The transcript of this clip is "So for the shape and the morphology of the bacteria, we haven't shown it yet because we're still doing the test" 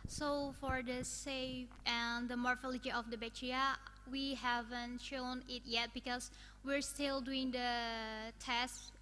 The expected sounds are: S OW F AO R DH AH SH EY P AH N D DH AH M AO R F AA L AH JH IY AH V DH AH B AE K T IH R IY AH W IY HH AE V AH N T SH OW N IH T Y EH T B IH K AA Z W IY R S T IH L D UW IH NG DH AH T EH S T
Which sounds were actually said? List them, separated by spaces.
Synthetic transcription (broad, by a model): S OW F AO R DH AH S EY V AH N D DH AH M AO R F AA L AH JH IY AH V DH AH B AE T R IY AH W IY HH AE V AH N T SH OW N IH T Y EH T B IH K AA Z W IY R S T IH L D UW IH NG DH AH T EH S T